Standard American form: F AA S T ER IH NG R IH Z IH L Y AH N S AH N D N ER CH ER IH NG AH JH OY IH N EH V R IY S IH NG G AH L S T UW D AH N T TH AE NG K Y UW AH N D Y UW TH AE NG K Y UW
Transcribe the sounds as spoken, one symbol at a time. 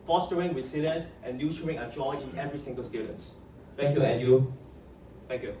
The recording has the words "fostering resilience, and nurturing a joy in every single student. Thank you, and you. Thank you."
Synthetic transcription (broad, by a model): F AA S T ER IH NG W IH S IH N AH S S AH N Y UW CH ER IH NG AH JH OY IH N EH V R IY S IH NG G AH L S T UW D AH N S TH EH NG K Y UW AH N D Y UW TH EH NG K Y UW